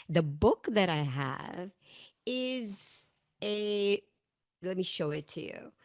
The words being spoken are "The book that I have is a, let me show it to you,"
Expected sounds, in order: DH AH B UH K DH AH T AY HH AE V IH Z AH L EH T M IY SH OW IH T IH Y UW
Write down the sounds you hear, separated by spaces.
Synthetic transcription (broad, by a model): DH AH B UH K DH AH T AY HH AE V IH Z AH L EH T M IY SH OW IH T IH Y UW